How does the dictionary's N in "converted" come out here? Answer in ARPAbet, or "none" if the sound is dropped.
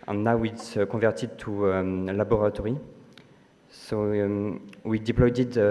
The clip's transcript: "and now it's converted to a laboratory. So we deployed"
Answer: none